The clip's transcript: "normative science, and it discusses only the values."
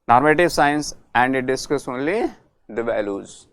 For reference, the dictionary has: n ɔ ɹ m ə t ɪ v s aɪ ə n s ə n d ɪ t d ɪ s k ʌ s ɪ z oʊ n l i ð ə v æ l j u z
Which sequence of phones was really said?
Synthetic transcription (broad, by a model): n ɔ ɹ m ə t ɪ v s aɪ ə n s ə n d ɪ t d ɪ s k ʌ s oʊ n l i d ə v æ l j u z